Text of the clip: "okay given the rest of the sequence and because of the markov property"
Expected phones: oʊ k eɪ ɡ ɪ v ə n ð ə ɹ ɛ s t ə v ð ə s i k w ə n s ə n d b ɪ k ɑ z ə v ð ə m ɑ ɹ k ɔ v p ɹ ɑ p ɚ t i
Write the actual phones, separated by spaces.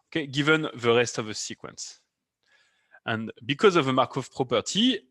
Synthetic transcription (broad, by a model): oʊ k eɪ ɡ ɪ v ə n ð ə ɹ ɛ s t ə v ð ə s i k w ə n s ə n b ɪ k ɑ z ə v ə m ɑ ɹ k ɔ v p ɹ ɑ p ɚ t i